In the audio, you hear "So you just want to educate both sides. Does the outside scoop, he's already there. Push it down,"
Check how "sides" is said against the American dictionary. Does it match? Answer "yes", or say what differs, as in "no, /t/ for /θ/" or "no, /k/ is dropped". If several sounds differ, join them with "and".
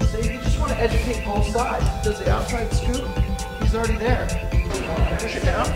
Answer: no, /z/ is dropped